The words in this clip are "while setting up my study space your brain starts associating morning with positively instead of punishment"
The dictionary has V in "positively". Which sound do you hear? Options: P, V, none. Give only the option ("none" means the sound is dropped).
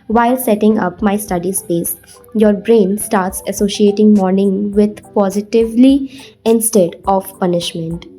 V